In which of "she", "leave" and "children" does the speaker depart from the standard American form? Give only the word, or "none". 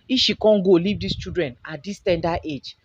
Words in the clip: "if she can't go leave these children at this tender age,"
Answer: children